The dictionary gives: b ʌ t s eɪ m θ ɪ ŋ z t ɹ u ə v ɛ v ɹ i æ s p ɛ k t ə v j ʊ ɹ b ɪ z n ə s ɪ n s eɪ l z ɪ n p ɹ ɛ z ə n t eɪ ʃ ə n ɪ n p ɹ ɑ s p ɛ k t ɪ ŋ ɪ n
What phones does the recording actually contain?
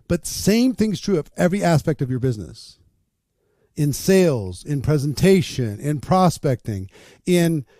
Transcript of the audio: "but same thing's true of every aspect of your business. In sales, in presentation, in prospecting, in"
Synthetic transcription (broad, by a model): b ʌ t s eɪ m θ ɪ ŋ z t ɹ u ə v ɛ v ɹ i æ s p ɛ k t ə v j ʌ ɹ b ɪ z n ə s ɪ n s eɪ l z ɪ n p ɹ ɛ z ə n t eɪ ʃ ə n ɪ n p ɹ ɑ s p ɛ k t ɪ ŋ ɪ n